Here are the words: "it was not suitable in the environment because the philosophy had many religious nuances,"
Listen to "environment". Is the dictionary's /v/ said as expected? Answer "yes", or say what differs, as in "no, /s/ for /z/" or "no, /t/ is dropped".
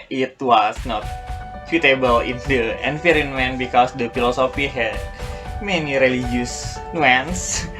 no, /f/ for /v/